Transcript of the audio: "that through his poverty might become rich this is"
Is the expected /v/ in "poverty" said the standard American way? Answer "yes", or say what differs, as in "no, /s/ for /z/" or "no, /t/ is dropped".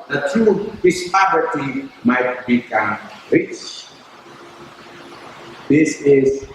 no, /p/ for /v/